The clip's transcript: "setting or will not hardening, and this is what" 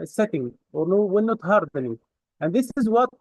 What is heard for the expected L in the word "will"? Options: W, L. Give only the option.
W